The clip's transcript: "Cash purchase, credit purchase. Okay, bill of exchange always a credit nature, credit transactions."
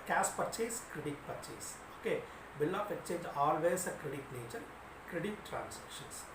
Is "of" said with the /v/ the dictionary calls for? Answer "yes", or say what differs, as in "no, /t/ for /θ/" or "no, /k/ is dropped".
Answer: no, /p/ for /v/